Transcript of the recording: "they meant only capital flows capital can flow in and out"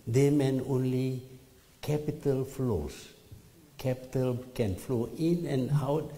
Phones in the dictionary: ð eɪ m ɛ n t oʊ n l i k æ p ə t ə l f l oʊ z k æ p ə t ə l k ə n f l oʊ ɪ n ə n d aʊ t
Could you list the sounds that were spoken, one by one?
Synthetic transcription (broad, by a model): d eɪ m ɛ n oʊ n l i k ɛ p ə t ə l f l oʊ s k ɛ p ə t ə l k ə n f l oʊ ɪ n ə n aʊ t